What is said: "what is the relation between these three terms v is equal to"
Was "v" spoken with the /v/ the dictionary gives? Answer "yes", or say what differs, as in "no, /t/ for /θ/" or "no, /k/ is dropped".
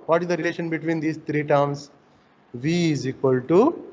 yes